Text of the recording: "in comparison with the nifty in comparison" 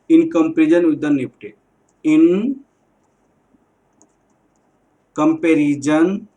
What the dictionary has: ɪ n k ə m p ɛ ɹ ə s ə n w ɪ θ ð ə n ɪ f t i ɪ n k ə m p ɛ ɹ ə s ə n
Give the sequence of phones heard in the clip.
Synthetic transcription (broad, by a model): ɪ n k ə m p ɹ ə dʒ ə n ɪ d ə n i p t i ɪ n k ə m p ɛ ɹ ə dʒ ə n